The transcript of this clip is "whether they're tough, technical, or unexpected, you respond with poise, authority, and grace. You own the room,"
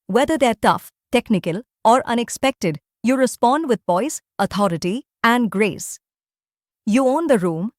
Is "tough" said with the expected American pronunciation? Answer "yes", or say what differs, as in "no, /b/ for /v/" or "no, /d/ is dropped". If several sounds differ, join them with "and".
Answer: yes